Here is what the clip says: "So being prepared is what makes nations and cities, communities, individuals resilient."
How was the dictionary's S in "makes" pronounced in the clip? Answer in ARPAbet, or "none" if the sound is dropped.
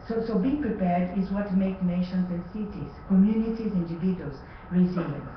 none